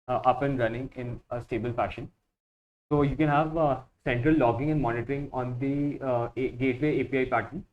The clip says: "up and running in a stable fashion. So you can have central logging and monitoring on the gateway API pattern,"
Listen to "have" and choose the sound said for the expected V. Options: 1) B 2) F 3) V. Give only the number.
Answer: 3